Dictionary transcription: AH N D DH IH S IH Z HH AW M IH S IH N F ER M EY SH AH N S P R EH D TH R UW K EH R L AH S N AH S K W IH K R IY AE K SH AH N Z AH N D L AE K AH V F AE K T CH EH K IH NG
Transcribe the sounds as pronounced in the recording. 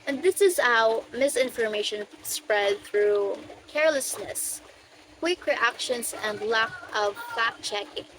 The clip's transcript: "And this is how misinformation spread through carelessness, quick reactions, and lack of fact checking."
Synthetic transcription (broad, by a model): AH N DH IH S IH Z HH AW M IH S IH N F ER M EY SH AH N S P R EH D TH R UW K EH R L AH S N AH S K W IH K R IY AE K SH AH N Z AH N D L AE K AH V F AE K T CH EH K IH NG